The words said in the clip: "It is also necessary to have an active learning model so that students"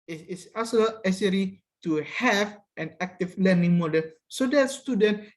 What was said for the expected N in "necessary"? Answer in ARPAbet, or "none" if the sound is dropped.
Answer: L